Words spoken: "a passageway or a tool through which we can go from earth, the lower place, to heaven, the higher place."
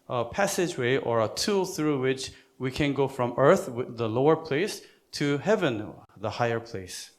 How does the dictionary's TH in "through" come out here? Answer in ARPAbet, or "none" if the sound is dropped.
TH